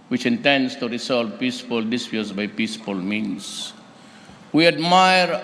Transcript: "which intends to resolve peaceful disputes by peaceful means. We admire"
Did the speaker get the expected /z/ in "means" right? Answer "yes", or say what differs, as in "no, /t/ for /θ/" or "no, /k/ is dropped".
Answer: no, /s/ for /z/